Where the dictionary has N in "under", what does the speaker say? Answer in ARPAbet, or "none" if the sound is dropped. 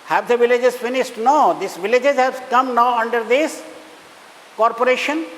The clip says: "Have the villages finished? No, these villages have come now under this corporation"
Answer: N